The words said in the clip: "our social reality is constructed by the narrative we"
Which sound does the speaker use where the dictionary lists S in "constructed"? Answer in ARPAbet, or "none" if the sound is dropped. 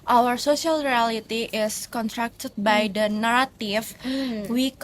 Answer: none